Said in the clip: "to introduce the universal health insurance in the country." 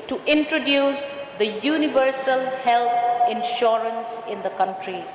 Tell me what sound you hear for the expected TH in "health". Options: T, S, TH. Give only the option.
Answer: T